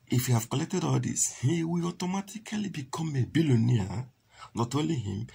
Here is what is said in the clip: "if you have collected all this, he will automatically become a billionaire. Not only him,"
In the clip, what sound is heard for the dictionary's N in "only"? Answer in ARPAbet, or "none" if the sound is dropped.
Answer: none